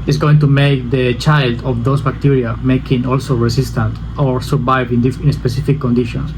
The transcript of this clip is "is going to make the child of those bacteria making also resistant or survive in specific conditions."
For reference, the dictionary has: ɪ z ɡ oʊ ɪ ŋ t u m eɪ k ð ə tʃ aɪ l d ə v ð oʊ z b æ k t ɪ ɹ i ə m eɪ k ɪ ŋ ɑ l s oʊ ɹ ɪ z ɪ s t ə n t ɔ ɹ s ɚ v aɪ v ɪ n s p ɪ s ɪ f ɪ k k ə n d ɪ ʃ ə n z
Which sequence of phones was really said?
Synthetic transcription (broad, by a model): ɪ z ɡ oʊ ɪ ŋ t u m eɪ k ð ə tʃ aɪ l d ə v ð oʊ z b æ k t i ɹ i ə m eɪ k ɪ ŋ ɑ l s oʊ ɹ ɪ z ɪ s t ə n t ɔ ɹ s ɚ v aɪ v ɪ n s p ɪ s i f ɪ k k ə n d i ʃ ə n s